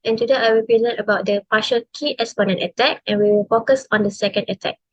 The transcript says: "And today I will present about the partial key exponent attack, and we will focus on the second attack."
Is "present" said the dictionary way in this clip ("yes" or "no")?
no